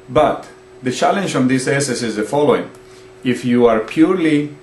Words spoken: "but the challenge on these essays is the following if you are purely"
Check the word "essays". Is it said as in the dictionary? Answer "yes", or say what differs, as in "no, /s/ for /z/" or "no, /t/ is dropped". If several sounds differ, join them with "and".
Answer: no, /s/ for /z/